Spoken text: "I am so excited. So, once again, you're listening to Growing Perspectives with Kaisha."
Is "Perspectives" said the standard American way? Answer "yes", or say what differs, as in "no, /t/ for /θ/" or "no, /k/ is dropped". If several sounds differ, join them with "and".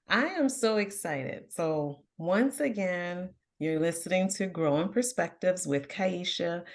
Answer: yes